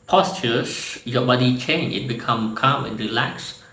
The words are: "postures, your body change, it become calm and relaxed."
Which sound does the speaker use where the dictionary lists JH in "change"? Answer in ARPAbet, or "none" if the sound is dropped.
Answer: none